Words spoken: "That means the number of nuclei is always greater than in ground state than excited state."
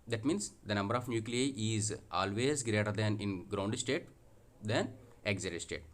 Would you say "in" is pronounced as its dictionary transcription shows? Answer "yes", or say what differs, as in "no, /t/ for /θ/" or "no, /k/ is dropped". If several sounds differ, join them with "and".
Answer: yes